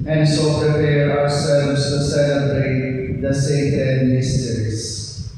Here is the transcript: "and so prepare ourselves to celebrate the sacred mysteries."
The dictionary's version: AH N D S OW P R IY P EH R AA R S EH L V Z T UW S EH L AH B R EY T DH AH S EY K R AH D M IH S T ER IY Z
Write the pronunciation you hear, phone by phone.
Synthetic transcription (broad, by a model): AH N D S OW P R IY P EH R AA R S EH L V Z T UW S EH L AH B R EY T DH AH S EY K AH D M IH S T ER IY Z